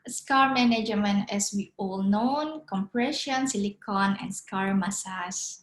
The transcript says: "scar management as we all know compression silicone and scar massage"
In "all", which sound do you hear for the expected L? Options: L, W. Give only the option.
L